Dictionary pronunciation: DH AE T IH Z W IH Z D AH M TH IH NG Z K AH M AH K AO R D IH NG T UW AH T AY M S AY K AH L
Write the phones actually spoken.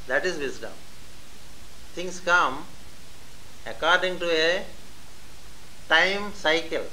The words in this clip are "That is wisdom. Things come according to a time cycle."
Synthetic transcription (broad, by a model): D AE T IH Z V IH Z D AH M T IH NG S K AH M AH K AO R D IH NG T UW AH T AY M S AY K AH L